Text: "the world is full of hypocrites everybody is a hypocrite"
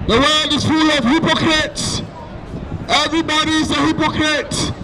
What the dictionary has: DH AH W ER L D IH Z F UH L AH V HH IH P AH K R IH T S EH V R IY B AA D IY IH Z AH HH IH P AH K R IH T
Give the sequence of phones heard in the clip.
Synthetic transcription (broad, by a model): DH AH W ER L D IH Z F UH L AH V HH IH P AH K R IH T S EH V R IY B AA D IY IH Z AH HH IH P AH K R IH T